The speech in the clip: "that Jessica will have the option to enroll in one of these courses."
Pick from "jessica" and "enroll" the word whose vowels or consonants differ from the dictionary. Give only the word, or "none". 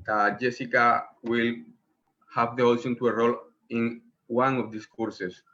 enroll